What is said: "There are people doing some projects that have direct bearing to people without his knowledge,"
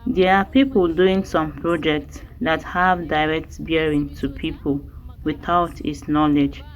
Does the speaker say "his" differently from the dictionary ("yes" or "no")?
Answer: yes